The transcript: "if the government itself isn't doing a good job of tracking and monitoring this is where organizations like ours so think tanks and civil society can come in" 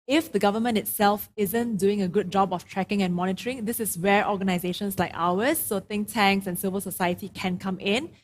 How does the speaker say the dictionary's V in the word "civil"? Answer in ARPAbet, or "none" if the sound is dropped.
V